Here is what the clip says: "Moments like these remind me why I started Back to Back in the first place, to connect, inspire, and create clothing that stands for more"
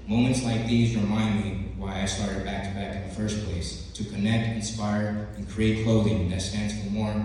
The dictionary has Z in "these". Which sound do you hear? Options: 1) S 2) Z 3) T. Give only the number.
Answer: 2